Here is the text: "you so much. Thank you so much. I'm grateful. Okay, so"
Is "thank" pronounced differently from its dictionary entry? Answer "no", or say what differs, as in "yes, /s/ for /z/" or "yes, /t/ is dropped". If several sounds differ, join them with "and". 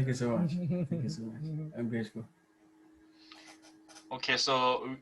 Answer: yes, /ŋ/ is dropped